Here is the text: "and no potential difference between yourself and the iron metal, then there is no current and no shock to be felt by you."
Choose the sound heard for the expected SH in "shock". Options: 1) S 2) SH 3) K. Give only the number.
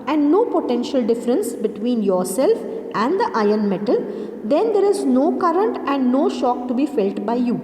2